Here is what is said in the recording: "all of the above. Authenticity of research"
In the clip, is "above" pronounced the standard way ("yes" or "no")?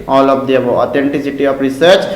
no